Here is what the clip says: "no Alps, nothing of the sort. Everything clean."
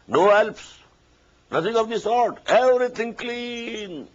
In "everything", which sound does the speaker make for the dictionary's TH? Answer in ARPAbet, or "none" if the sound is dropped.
T